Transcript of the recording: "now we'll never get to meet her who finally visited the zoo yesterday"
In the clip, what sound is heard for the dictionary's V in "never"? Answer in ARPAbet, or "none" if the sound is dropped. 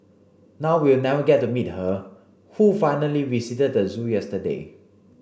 none